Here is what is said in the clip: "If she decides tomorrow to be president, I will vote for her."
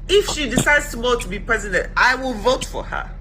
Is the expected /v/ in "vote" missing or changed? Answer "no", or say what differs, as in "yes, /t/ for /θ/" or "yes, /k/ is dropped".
no